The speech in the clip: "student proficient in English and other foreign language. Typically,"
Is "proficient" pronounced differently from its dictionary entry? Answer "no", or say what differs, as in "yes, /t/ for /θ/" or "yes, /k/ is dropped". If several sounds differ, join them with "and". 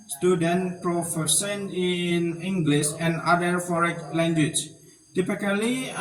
yes, /s/ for /ʃ/